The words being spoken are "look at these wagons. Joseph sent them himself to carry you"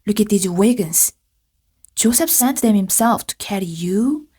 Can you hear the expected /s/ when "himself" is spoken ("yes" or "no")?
yes